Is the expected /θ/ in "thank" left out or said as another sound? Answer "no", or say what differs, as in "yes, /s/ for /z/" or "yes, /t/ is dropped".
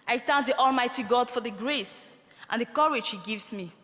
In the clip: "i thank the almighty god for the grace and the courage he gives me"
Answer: yes, /t/ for /θ/